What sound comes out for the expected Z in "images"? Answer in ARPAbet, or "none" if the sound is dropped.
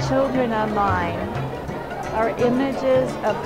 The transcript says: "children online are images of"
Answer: Z